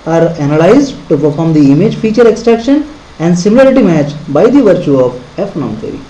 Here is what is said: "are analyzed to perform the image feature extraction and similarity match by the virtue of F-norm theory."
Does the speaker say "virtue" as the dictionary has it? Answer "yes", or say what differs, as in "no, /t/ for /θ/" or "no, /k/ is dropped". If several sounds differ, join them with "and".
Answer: yes